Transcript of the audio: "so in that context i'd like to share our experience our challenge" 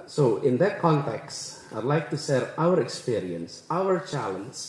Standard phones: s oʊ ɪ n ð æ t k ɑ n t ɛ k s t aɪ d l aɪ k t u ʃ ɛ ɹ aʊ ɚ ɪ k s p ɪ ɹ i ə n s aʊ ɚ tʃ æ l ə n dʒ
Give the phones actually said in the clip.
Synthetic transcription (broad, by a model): s oʊ ɪ n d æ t k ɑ n t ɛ k s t aɪ d l aɪ k t u s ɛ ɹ aʊ ɚ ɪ k s p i ɹ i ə n s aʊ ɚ tʃ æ l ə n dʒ